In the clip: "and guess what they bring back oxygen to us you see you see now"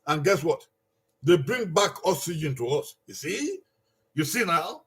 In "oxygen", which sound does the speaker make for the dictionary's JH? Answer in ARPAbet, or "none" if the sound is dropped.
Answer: JH